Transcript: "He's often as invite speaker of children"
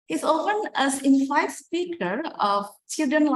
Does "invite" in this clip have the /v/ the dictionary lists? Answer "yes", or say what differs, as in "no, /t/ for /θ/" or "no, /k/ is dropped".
no, /f/ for /v/